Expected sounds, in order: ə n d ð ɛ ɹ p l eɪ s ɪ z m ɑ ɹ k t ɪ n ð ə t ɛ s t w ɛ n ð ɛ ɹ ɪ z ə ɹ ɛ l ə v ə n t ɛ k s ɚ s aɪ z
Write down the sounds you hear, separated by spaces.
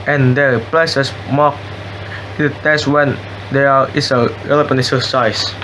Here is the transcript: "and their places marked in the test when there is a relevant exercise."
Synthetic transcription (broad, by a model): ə n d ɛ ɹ p l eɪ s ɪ s m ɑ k ɪ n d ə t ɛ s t w ɛ n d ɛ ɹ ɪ s ə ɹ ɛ l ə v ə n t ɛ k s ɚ s aɪ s